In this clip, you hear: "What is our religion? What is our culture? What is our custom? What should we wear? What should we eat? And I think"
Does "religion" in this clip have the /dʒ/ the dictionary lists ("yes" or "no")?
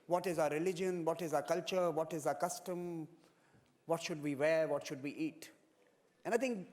yes